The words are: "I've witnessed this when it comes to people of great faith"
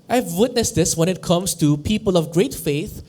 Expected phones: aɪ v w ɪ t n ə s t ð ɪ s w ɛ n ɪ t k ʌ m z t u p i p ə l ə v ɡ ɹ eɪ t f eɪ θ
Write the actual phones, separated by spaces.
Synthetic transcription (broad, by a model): aɪ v w ɪ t n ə s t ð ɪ s w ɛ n ɪ t k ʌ m s t u p i p ə l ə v ɡ ɹ eɪ t f eɪ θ